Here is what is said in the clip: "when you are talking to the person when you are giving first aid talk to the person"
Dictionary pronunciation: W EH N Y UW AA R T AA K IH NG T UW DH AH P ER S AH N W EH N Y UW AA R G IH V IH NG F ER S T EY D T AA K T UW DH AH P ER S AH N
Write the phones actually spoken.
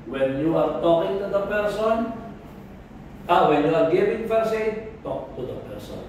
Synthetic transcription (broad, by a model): W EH N Y UW AA R T AA K IH NG T UW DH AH P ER S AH N W EH N Y UW AA R G IH V IH NG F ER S EY T AA K T UW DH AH P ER S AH N